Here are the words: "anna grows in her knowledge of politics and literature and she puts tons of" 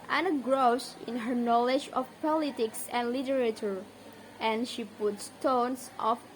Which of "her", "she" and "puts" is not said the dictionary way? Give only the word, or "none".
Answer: none